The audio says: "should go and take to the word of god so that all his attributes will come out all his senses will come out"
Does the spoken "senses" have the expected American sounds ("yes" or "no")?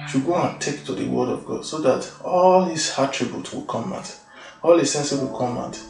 no